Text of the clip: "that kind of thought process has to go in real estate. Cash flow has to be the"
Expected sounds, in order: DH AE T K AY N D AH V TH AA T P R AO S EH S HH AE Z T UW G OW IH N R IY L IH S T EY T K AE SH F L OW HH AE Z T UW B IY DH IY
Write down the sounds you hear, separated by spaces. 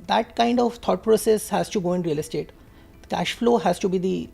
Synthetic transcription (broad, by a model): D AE T K AY N D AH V T AA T P R AO S EH S HH AE Z T UW G OW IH N R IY L IH S T EY T K AE SH F L OW HH AE Z T UW B IY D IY